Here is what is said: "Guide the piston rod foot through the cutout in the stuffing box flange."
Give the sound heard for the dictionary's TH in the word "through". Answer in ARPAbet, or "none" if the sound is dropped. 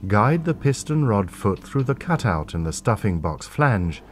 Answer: TH